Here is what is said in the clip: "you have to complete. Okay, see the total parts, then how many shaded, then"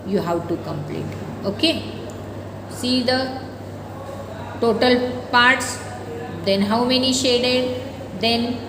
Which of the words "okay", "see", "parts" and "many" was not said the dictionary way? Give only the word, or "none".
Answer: none